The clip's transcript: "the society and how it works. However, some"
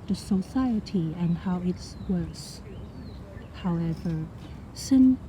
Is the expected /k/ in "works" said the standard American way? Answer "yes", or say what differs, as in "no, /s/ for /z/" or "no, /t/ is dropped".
no, /k/ is dropped